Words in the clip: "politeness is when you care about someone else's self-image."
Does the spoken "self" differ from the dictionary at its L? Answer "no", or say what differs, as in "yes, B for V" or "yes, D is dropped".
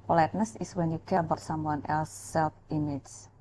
no